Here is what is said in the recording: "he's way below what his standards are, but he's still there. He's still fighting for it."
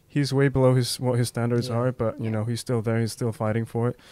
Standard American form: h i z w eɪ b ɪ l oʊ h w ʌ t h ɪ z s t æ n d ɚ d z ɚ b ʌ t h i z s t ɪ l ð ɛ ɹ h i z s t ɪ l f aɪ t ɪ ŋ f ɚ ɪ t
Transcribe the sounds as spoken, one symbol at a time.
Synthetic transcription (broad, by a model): h i z w eɪ b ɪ l oʊ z w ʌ t h ɪ z s t æ n d ɚ d z ɚ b ʌ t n i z s t ɪ l ð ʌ ɹ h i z s t ɪ l f aɪ t ɪ ŋ f ɚ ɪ t